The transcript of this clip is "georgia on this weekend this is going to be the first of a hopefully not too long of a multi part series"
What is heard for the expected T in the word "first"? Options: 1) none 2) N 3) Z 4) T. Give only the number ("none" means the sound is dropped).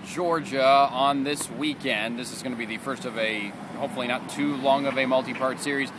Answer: 4